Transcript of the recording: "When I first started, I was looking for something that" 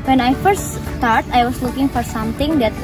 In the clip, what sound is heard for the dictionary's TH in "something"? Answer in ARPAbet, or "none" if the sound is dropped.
T